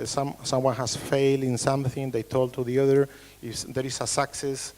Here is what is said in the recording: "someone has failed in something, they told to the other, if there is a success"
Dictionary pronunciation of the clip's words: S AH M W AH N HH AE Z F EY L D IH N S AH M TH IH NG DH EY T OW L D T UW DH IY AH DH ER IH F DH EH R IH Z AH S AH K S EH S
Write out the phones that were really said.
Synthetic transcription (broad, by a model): S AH M W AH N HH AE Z F EY L D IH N S AH M TH IH NG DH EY T OW L D T UW DH IY AH DH ER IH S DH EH R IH S AH S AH K S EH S